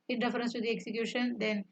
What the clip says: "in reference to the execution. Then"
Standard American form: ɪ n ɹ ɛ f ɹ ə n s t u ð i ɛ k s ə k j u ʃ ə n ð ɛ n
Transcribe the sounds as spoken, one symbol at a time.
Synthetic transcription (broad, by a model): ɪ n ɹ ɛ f ɹ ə n s t u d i ɛ k s ə k j u ʃ ə n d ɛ n